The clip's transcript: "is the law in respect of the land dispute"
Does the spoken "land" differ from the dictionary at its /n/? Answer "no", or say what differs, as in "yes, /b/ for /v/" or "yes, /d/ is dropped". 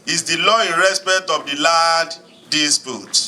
yes, /n/ is dropped